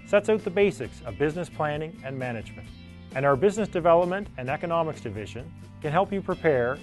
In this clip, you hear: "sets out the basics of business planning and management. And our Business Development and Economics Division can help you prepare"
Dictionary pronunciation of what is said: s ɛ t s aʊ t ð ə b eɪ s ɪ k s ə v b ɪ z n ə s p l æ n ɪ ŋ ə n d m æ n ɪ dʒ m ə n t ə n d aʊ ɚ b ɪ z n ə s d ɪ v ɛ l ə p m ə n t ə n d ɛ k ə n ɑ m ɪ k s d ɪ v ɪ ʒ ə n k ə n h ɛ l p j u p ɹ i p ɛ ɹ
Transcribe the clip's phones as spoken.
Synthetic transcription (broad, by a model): s ɛ t s aʊ t ð ə b eɪ s ɪ k s ə v b ɪ z n ə s p l æ n ɪ ŋ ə n m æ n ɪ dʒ m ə n t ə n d aʊ ɚ b ɪ z n ə s d ɪ v ɛ l ə p m ə n t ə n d ɛ k ə n ɑ m ɪ k s d ɪ v ɪ ʒ ə n k ə n h ɛ l p j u p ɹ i p ɛ ɹ